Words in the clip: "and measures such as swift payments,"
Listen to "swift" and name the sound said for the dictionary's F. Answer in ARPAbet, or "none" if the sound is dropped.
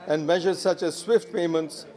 F